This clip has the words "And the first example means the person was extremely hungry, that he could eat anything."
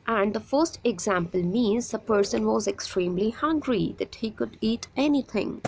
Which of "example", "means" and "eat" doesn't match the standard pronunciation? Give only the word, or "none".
none